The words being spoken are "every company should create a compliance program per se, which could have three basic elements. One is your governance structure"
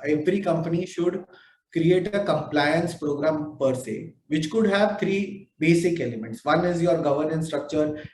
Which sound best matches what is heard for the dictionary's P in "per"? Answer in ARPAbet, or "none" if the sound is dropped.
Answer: P